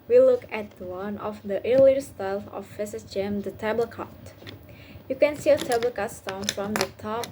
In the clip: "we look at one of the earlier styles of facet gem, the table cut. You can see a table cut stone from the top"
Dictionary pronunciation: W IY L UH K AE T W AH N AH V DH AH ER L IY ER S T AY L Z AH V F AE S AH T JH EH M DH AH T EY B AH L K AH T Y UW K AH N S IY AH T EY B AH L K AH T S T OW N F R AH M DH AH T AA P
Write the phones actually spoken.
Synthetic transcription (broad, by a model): W IY L UH K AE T W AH N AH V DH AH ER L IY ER S T AY L AH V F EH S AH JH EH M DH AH T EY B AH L K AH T Y UW K AH N S IY AH T EY B AH L K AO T S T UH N F R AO M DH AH T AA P